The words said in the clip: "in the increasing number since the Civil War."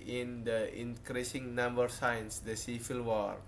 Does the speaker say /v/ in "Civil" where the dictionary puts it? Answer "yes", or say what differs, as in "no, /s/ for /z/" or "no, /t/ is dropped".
no, /f/ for /v/